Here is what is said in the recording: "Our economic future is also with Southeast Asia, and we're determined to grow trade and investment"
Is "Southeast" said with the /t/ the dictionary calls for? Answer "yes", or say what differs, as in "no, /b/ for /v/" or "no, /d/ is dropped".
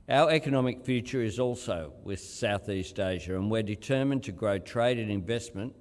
yes